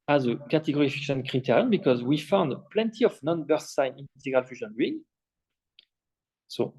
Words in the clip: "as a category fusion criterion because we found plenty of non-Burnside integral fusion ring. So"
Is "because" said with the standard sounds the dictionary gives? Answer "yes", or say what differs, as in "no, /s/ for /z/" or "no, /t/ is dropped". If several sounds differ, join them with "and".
yes